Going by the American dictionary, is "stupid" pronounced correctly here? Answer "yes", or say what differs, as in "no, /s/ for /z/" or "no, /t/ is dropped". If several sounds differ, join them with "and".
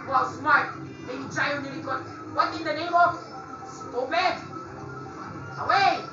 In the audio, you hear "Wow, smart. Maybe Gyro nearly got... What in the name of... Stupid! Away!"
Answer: no, /b/ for /p/